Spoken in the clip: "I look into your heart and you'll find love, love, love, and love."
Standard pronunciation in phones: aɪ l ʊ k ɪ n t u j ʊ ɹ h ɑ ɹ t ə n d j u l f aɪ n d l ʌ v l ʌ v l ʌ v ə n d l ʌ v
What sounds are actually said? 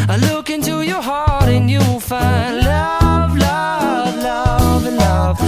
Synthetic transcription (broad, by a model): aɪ l ʊ k ɪ n t u j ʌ ɹ h ɑ ɹ t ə n j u w f aɪ n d l ʌ v l ʌ v l ʌ v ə n l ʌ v